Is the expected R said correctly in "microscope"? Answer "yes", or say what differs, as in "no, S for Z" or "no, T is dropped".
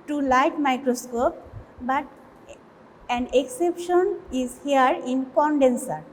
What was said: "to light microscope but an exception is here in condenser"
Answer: yes